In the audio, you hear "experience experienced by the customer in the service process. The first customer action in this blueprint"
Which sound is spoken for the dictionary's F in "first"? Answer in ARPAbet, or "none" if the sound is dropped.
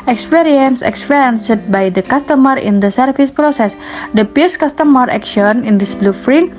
P